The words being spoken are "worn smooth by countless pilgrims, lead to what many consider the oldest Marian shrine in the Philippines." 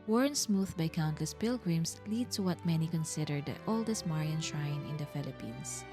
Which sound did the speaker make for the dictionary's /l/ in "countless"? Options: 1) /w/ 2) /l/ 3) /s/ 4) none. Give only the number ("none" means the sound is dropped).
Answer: 2